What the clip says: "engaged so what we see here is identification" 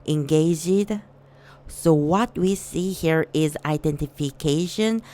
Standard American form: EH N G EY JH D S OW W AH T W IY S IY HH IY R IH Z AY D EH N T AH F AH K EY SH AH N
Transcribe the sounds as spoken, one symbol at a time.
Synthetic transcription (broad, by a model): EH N G EY JH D S OW W AH T W IY S IY HH IY R IH Z AY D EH N T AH F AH K EY SH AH N